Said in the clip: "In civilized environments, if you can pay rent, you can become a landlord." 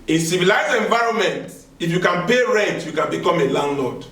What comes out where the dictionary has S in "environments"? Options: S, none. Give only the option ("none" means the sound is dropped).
none